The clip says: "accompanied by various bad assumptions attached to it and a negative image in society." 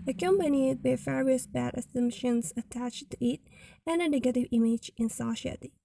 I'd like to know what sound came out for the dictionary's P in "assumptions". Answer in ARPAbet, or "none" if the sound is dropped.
none